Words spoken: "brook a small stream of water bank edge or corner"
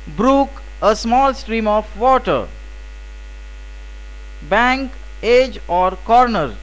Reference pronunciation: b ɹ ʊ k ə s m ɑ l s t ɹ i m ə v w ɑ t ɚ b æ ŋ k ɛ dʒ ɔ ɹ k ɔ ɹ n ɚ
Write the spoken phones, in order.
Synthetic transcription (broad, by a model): b ɹ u k ə s m ɑ l s t ɹ i m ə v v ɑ t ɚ b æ ŋ k ɛ dʒ ɔ ɹ k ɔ ɹ n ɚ